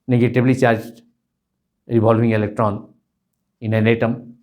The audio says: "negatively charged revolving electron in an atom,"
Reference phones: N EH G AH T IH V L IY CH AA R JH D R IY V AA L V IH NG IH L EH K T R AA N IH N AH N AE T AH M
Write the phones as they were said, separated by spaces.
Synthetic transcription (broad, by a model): N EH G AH T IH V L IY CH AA R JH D R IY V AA L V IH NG IH L EH K T R AA N IH N AH N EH T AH M